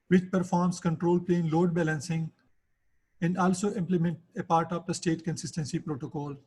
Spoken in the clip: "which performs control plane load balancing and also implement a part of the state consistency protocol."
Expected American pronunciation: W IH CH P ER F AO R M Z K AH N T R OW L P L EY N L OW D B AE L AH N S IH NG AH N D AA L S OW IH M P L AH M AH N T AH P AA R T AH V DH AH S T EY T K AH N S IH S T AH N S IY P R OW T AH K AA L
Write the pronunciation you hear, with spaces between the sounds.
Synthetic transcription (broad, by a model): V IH CH P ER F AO R M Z K AH N T R OW L P L EY N L OW D B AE L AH N S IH NG AH N D AA L S OW IH M P L AH M AH N T AH P AA R T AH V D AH S T EY T K AH N S IH S T AH N S IY P R OW T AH K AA L